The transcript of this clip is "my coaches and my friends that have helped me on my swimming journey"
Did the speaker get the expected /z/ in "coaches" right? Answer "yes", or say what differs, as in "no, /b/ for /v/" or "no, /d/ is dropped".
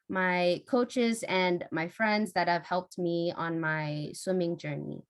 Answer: yes